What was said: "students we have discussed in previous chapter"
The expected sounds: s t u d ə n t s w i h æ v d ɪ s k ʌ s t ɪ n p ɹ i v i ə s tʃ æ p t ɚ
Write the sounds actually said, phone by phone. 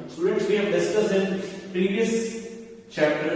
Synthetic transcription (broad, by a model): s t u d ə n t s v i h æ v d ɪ s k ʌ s ɪ n p ɹ i v i ə s tʃ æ p t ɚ